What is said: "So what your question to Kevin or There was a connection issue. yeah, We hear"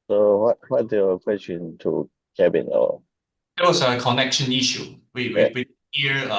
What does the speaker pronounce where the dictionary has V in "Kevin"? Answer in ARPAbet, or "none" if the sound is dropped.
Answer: B